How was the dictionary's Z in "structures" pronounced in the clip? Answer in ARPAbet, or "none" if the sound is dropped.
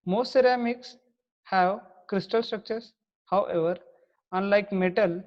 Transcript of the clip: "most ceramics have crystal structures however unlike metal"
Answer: S